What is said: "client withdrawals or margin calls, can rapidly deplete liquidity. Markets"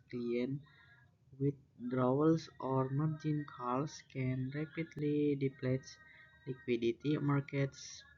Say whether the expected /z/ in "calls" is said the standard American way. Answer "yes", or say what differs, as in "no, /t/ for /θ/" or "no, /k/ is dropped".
no, /s/ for /z/